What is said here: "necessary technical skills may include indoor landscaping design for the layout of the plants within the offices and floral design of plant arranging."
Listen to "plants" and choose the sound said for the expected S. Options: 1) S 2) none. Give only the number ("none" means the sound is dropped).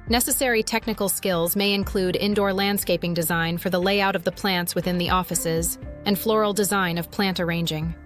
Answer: 1